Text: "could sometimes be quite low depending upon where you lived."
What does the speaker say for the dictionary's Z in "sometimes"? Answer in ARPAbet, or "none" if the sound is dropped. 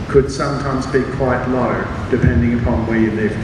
Z